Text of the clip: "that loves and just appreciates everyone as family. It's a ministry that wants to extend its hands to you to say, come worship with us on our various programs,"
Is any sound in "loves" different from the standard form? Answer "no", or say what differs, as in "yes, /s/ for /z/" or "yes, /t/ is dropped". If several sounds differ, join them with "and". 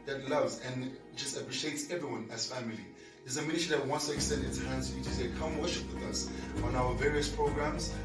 no